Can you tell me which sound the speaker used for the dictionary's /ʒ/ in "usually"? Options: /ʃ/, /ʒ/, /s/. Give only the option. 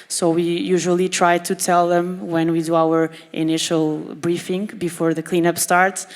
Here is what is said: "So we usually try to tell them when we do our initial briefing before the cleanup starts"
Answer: /ʒ/